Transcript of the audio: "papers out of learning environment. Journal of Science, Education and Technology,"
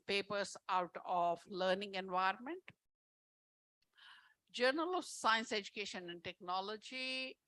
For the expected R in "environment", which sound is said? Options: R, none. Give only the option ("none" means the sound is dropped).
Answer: R